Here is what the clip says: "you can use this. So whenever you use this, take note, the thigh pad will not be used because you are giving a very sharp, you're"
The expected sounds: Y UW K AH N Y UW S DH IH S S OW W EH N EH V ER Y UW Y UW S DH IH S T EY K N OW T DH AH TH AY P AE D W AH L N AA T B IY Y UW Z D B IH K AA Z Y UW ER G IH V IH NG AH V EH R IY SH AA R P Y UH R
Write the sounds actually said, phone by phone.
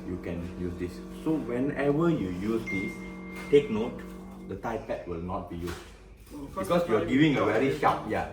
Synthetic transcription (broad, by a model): Y UW K AH N Y UW S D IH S S OW W EH N EH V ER Y UW Y UW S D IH S T EY K N OW T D AH T AY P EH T W AH L N AA T B IY Y UW S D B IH K AA S Y UW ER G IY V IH NG AH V EH R IY SH AA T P Y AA